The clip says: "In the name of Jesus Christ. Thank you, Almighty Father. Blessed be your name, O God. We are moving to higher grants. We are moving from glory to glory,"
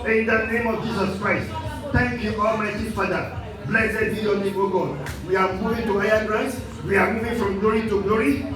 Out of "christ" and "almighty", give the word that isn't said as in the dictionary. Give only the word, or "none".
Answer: almighty